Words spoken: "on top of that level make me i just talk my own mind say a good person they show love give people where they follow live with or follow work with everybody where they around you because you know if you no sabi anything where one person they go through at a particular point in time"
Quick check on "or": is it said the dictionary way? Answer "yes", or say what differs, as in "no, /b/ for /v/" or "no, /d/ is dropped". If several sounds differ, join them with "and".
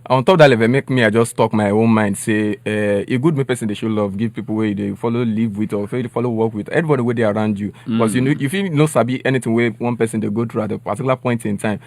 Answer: no, /l/ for /ɹ/